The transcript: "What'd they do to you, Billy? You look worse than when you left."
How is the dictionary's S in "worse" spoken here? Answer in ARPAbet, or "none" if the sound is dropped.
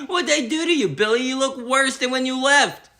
S